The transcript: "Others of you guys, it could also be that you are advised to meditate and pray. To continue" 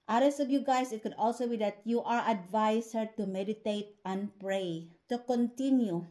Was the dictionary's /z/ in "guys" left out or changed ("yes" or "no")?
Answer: yes